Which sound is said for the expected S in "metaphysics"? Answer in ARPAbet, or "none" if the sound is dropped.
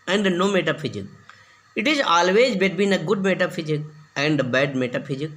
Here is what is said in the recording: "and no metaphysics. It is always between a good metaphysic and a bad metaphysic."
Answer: none